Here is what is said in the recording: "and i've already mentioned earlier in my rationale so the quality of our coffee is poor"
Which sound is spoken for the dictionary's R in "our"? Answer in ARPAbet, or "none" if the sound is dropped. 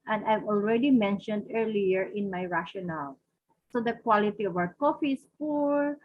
W